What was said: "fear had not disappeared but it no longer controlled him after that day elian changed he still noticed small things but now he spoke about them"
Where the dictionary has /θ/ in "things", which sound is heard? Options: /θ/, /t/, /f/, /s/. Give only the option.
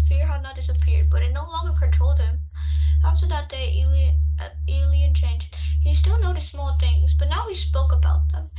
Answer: /θ/